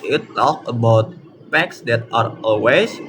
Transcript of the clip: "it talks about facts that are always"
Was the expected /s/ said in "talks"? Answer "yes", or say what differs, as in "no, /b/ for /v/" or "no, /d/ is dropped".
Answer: no, /s/ is dropped